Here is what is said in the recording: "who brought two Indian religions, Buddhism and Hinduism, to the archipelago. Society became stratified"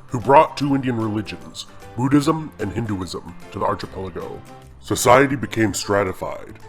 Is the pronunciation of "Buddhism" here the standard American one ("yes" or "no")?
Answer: yes